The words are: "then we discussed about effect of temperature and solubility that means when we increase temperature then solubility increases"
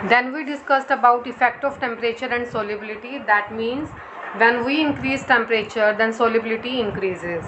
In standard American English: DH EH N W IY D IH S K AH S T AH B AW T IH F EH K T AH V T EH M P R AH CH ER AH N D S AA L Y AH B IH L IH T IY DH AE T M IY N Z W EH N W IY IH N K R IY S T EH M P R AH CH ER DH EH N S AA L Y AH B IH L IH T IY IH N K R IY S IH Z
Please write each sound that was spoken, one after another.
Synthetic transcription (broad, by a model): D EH N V IY D IH S K AH S T AH B AW T IH F EH K T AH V T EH M P R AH CH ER AH N D S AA L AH B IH L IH T IY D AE T M IY N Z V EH N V IY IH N K R IY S T EH M P R AH CH ER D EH N S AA L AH B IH L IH T IY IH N K R IY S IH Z